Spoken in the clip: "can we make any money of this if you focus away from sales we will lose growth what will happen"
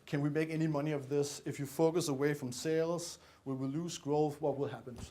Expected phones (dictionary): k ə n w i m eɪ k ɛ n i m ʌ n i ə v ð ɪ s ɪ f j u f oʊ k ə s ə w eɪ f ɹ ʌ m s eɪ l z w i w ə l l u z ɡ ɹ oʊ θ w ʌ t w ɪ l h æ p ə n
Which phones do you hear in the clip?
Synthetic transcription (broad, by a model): k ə n w i m eɪ k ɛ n i m ʌ n i ə v ð ɪ s ɪ f j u f oʊ k ə s ə w eɪ f ɹ ʌ m s eɪ l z w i w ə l l u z ɡ ɹ oʊ θ w ʌ t w ɪ l h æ p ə n